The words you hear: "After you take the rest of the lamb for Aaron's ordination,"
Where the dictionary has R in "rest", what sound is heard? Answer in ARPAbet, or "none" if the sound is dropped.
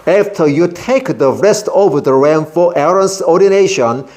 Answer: R